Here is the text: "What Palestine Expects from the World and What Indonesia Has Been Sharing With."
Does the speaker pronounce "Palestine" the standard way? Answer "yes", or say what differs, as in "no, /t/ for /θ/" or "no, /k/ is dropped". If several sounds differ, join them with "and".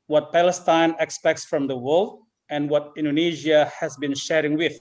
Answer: yes